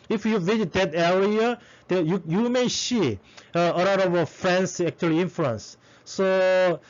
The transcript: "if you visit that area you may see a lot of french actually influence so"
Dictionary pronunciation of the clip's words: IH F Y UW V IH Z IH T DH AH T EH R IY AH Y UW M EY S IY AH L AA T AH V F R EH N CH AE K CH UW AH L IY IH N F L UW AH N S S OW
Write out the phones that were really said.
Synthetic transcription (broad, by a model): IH F Y UW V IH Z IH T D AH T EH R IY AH Y UW M EY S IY AH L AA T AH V F R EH N S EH K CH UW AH L IY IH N F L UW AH N S S OW